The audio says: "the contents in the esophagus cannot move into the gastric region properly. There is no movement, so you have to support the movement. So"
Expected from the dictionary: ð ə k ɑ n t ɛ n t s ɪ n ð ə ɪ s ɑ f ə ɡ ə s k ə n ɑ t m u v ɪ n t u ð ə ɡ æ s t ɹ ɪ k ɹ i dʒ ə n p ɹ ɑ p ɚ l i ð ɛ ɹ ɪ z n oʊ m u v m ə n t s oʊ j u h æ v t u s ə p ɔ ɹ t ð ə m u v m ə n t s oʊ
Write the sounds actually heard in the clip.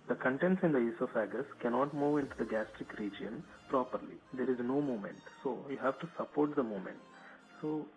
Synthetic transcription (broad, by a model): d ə k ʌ n t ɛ n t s ɪ n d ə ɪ s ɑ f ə ɡ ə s k ə n ɑ t m u v ɪ n t u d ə ɡ æ s t ɹ ɪ k ɹ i dʒ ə n p ɹ ɑ p ɚ l i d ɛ ɹ ɪ z n oʊ m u m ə n t s oʊ j u h æ v t u s ə p ɔ ɹ t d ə m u m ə n t s oʊ